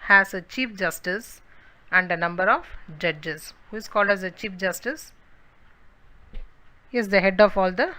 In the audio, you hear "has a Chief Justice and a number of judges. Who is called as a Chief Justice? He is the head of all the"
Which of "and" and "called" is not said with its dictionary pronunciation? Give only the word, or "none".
none